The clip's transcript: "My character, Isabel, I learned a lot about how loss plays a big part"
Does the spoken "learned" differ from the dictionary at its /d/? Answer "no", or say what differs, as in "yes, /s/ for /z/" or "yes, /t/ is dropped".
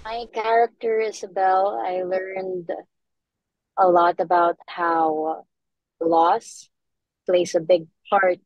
no